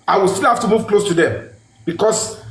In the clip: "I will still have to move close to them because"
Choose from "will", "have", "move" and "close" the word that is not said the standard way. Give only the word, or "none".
have